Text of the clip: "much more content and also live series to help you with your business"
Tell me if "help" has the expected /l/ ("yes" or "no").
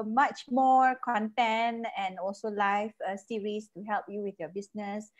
yes